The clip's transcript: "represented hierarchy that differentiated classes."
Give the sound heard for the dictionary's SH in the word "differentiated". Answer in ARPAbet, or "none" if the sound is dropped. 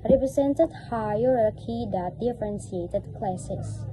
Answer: S